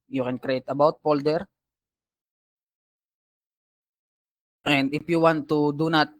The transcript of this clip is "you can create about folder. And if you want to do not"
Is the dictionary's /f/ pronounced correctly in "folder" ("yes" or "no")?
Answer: no